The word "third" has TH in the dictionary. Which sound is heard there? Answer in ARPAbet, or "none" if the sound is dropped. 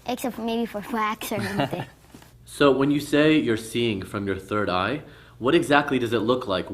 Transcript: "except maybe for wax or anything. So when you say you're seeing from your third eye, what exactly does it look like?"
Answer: TH